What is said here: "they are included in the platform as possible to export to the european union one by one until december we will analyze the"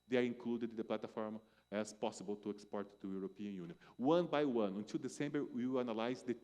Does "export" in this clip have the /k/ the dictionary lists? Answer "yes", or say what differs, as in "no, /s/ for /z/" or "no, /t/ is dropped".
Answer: yes